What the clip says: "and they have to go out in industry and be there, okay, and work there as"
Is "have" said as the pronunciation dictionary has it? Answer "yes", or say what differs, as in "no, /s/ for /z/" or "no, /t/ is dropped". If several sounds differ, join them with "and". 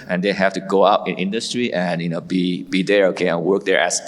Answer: no, /f/ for /v/